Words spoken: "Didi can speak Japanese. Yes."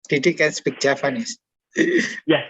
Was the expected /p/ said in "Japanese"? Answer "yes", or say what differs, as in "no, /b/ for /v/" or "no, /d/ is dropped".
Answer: no, /f/ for /p/